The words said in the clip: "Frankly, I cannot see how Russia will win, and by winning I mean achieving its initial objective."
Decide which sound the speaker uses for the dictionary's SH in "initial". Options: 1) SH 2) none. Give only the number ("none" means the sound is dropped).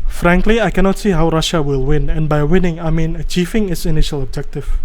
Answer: 1